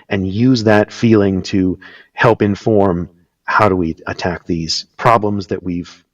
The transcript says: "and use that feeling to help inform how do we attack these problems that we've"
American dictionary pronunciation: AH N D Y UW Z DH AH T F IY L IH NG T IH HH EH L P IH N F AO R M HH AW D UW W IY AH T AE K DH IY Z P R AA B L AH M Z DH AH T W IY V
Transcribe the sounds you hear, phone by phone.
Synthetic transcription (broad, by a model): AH N Y UW Z DH AH T F IY L IH NG T IH HH EH L P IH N F AO R M HH AW D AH W IY AH T AE K DH IY Z P R AA B L AH M Z DH AH T W IY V